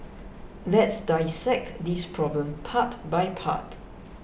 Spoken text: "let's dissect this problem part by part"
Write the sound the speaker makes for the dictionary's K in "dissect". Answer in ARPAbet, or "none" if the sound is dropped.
K